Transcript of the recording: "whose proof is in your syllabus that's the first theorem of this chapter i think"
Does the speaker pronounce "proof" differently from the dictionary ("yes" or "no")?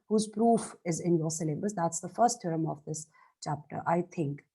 no